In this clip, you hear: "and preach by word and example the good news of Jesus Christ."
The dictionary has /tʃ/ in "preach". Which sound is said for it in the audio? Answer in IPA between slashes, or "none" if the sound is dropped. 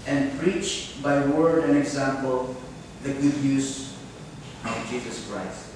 /tʃ/